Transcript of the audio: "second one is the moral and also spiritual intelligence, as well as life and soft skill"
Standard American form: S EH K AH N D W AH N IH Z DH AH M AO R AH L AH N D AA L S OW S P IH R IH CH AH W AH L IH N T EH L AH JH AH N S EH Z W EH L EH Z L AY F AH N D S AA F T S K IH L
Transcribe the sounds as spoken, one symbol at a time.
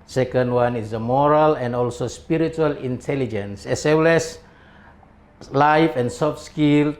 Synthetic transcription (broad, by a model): S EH K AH N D W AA N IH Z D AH M AO R AH L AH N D AA L S OW S P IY R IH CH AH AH L IH N T EH L AH JH AH N S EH S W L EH S L AY F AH N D S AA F S K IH L